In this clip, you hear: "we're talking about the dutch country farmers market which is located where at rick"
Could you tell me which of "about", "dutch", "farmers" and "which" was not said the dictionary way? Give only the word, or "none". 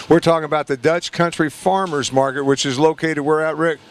none